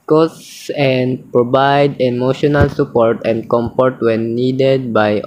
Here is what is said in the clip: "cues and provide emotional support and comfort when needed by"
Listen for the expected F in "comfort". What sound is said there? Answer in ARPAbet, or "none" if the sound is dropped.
P